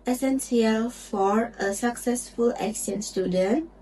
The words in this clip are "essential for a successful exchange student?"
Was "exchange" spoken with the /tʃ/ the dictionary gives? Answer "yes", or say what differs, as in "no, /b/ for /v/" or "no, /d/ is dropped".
no, /tʃ/ is dropped